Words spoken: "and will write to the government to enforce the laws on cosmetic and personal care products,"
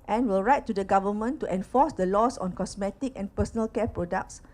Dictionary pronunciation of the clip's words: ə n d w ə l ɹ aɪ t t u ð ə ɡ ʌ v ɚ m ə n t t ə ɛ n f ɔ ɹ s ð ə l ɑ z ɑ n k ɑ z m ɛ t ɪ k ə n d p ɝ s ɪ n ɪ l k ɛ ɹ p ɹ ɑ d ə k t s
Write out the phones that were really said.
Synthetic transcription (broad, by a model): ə n w ə l ɹ aɪ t t u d ə ɡ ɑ v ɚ m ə n t t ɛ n f ɔ s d ə l ɑ s ɑ n k ɑ s m ɛ t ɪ k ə n p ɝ s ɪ n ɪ l k ɛ p ɹ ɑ d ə k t s